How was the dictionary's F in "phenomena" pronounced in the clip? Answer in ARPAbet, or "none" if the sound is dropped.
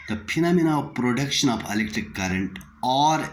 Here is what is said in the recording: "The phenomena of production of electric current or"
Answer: P